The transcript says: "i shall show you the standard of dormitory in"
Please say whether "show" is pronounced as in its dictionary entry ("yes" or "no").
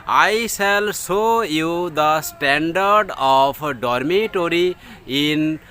no